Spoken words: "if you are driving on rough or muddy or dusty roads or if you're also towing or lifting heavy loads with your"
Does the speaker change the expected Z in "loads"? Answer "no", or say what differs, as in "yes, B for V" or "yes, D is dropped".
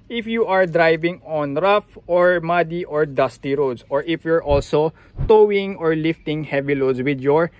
yes, S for Z